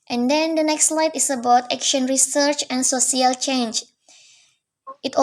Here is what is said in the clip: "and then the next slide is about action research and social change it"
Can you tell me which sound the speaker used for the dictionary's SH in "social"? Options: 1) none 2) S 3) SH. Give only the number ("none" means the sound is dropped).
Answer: 2